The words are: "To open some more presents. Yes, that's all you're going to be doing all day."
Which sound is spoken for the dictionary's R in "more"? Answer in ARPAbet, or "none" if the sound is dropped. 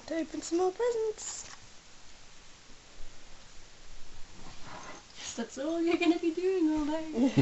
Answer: L